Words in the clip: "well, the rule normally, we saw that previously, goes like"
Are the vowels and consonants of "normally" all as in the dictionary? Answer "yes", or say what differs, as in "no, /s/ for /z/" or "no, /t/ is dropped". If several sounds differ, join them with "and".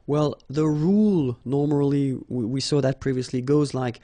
yes